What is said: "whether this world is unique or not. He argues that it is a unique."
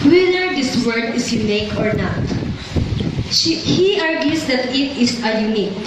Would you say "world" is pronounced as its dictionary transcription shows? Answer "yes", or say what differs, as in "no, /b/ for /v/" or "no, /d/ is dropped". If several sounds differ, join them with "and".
no, /l/ is dropped